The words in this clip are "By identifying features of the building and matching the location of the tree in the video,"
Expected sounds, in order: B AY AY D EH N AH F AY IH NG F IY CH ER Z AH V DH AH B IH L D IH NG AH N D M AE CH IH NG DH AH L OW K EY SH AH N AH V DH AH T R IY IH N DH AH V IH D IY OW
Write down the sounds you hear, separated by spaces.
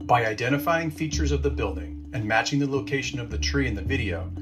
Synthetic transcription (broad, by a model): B AY AY D EH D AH F AY IH NG F IY CH ER Z AH V DH AH B IH L D IH NG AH N M AE CH IH NG DH AH L OW K EY SH AH N AH V DH AH T R IY IH N DH AH V IH D IY OW